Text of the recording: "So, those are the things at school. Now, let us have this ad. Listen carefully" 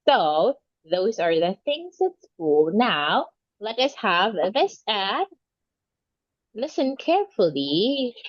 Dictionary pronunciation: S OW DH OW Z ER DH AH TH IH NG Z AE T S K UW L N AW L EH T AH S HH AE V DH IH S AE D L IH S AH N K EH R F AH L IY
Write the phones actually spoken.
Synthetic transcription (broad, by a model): S OW DH OW Z ER DH AH TH IH NG Z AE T S K UW L N AW L EH T AH S HH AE V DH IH S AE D L IH S AH N K EH R F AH L IY